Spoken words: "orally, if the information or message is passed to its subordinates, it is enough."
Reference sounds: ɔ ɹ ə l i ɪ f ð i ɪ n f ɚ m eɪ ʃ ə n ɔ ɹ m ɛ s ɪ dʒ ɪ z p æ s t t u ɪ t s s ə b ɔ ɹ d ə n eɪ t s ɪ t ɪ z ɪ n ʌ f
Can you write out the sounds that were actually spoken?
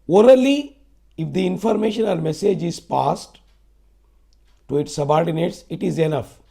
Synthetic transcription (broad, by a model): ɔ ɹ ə l i ɪ f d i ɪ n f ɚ m eɪ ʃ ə n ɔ l m ɛ s ɪ dʒ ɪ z p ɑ s t t u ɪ t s s ə b ɔ ɹ d ə n eɪ t s ɪ t ɪ z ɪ n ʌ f